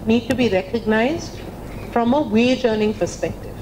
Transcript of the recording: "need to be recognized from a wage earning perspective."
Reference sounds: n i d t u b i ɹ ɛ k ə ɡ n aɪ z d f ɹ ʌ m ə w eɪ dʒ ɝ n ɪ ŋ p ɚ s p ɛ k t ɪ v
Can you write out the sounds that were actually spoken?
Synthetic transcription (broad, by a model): n i d t u b i ɹ ɛ k ə ɡ n aɪ z d f ɹ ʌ m ə w eɪ dʒ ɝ n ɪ ŋ p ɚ s p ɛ k t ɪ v